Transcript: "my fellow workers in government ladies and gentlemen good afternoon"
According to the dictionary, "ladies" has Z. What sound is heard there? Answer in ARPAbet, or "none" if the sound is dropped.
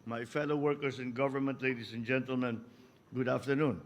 S